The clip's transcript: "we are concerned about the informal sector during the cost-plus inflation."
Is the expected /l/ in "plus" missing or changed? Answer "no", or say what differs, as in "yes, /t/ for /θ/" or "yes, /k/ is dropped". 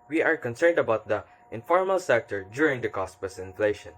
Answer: yes, /l/ is dropped